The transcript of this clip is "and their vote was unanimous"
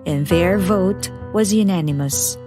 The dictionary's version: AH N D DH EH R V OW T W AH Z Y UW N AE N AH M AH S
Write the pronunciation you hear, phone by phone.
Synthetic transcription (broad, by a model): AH N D DH EH R V OW T W AH Z Y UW N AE N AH M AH S